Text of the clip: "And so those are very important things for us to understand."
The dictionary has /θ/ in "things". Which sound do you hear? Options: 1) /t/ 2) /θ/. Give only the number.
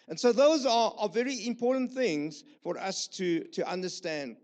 2